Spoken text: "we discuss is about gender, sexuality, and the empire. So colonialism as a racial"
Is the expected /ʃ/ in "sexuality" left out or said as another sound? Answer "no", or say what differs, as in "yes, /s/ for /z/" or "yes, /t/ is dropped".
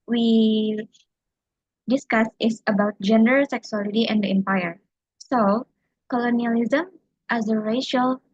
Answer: yes, /s/ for /ʃ/